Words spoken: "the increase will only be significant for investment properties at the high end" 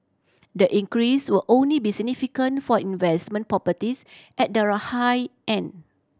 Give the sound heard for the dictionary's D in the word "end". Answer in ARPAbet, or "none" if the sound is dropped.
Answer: none